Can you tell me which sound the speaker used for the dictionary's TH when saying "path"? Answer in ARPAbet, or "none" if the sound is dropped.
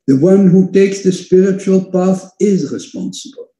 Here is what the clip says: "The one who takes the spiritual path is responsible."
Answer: TH